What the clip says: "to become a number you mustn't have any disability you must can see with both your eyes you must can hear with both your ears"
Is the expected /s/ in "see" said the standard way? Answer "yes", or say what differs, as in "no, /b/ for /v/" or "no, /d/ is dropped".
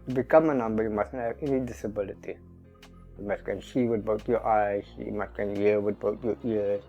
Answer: no, /ʃ/ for /s/